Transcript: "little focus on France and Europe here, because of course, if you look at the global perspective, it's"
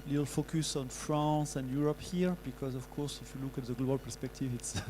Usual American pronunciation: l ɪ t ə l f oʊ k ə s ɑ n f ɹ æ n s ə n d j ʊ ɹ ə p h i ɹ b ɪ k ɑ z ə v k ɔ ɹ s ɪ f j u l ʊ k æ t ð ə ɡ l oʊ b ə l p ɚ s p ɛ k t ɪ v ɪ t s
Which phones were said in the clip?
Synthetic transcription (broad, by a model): l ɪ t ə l f oʊ k ə s ɑ n f ɹ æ s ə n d j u ɹ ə p h i ɹ b ɪ k ɑ z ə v k ɔ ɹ s ɪ f j u l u k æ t ð ə ɡ l oʊ b ə l p ɚ s p ɛ k t ɪ v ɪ t s